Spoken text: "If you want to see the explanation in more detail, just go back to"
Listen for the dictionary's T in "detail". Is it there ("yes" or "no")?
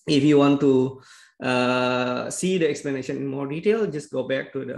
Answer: yes